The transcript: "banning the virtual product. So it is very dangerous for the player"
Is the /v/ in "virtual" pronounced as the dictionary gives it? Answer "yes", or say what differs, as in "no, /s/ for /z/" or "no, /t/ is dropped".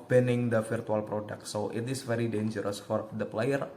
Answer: no, /f/ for /v/